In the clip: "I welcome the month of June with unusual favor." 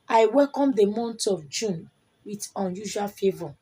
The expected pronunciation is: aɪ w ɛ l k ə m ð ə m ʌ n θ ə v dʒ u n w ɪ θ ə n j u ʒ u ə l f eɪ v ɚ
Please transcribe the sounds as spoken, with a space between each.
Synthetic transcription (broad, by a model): aɪ w ɛ l k ə m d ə m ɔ n t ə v dʒ u n w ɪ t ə n j u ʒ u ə l f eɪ v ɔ